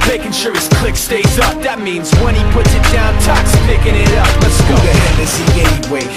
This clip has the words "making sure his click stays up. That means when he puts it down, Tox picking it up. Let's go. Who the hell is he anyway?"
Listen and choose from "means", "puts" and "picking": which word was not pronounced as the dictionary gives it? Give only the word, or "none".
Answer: none